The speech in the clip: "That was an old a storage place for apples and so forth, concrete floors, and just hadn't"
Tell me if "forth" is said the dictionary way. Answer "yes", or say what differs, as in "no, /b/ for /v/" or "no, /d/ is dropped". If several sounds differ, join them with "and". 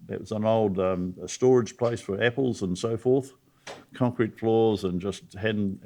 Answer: yes